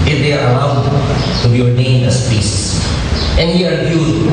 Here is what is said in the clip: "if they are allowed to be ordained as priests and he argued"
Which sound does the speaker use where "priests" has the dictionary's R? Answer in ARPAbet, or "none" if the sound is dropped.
none